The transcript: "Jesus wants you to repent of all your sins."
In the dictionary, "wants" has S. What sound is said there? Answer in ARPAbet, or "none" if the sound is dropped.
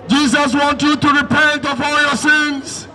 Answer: none